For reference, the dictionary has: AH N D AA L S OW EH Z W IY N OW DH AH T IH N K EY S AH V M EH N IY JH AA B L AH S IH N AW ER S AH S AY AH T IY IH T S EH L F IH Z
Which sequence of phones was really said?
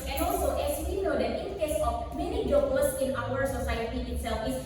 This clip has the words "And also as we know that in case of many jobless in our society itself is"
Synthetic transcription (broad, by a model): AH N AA L S OW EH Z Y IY N OW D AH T IH N K EY S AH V M EH N IY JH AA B AH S IH N AW ER S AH S AY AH T IY IH T S EH L F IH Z